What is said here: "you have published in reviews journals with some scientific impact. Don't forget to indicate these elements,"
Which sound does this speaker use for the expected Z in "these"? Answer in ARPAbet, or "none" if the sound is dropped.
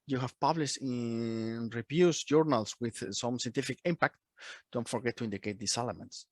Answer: S